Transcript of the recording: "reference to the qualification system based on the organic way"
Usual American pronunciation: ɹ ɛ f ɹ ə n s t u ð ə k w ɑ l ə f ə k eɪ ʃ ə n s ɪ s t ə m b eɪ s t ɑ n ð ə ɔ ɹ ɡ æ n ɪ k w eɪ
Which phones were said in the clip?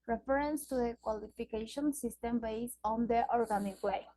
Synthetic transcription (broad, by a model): ɹ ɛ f ɹ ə n s t u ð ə k w ɑ l ə f ə k eɪ ʃ ə n s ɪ s t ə m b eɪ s ɑ n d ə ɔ ɹ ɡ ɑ n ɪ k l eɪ